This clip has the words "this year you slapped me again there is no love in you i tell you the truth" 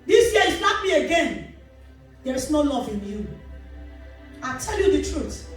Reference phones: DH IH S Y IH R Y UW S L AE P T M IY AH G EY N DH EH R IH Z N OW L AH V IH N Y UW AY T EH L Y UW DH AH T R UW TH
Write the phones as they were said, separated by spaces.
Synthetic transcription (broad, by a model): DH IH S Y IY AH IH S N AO T M IY AH G EY N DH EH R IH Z N OW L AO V IH N Y UW AY T EH L Y UW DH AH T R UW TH